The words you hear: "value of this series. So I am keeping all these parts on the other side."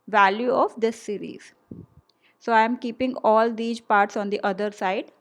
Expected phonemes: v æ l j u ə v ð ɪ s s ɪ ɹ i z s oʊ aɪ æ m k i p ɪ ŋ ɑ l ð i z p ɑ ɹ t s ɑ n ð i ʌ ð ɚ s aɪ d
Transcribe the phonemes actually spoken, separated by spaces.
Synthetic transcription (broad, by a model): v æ l j u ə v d ɪ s s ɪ ɹ i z s oʊ aɪ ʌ m k i p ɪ ŋ ɑ l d i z p ɑ ɹ t s ɑ n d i ʌ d ɚ s aɪ d